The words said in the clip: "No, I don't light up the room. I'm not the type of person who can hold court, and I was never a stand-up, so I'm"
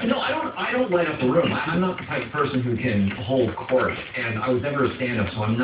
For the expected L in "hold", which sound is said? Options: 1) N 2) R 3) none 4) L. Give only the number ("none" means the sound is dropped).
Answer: 4